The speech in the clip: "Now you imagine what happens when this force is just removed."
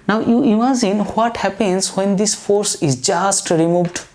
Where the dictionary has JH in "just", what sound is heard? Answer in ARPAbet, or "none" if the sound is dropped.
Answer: JH